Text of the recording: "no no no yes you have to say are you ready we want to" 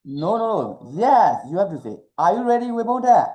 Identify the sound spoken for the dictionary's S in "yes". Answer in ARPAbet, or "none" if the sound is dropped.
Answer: S